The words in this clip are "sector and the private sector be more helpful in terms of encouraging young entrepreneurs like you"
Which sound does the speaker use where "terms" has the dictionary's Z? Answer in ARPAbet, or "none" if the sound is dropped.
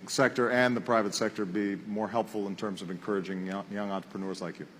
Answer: Z